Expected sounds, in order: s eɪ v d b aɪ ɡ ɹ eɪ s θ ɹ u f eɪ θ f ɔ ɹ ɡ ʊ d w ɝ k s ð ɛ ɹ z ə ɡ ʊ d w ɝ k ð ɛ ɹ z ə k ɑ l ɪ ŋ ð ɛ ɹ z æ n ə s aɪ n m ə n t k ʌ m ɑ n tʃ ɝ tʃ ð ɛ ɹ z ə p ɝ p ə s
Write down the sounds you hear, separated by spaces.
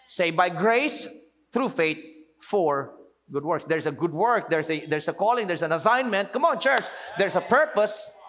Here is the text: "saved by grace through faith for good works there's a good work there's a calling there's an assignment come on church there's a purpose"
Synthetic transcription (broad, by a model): s eɪ b aɪ ɡ ɹ eɪ s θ ɹ u f eɪ t f ɔ ɹ ɡ ʊ d w ɝ k s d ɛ ɹ s ə ɡ ʊ d w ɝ k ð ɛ ɹ s ə k ɑ l ɪ ŋ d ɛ ɹ s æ n ə s aɪ n m ə n t k ʌ m ɑ n tʃ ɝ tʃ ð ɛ ɹ s ə p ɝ p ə s